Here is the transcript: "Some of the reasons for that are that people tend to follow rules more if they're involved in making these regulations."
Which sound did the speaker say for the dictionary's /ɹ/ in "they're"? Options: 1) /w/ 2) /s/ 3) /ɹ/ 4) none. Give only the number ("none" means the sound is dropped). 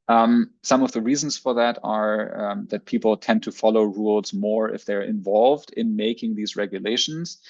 3